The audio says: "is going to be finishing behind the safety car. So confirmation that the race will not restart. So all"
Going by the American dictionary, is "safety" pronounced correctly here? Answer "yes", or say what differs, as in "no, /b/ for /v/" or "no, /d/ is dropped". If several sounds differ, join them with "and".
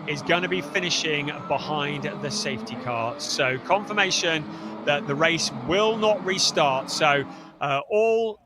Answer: yes